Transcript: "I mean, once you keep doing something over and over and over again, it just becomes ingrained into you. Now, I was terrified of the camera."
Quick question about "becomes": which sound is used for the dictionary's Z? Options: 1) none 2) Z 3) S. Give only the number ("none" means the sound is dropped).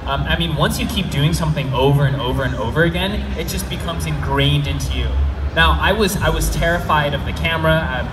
2